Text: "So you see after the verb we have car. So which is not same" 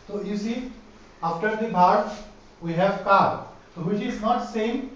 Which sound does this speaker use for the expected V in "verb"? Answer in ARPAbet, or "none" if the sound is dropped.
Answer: B